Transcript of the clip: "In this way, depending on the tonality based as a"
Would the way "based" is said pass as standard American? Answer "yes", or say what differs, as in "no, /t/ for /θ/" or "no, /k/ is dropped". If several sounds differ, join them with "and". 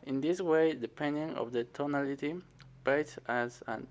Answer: no, /t/ is dropped